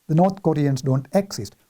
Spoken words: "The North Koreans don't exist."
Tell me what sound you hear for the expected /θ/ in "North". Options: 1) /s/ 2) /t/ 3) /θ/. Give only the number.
2